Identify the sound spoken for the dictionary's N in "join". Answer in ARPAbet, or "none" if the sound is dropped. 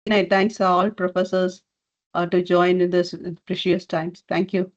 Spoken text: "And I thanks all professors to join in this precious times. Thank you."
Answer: none